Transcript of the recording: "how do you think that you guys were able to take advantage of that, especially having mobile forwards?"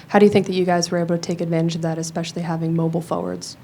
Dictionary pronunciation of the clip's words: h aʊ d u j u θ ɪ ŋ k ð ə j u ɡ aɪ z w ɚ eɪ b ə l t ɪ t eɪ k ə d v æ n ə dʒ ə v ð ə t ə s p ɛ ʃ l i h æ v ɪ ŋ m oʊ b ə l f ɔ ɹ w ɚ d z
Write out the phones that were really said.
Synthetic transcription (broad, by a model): h aʊ d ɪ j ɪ θ ɪ ŋ k ð ə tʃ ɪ ɡ aɪ z w ɚ eɪ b l t ɪ t eɪ k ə d v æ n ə dʒ ə v ð ə t ə s p ɛ ʃ l i h æ v ɪ ŋ m oʊ b l f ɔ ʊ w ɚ d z